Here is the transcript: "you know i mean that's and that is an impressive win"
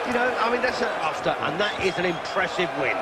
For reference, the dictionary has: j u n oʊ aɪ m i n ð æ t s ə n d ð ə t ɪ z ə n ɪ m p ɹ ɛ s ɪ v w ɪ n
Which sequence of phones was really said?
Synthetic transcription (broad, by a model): j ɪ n oʊ aɪ m i n ð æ t s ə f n ð ə t ɪ z ə n ɪ m p ɹ ɛ s ɪ v w ɪ n